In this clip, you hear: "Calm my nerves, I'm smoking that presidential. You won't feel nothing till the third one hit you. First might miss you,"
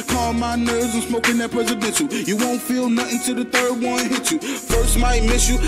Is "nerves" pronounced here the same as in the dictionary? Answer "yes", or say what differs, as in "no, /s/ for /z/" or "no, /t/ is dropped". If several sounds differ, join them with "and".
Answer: no, /v/ is dropped